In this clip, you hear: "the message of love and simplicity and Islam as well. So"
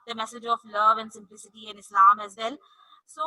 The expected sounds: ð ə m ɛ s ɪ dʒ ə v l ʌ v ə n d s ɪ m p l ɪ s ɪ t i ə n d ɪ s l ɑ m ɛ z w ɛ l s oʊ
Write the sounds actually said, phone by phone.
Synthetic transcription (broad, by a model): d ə m ɛ s ɪ dʒ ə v l ʌ v ə n d s ɪ m p l ɪ s ɪ t i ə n ɪ s l ɑ m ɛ z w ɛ l s oʊ